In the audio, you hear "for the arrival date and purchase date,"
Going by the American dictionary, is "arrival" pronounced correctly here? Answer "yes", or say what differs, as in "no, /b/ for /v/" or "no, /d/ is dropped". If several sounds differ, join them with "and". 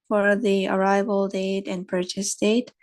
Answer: yes